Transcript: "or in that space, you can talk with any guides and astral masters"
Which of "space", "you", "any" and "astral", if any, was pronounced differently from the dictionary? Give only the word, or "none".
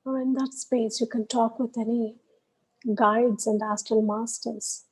astral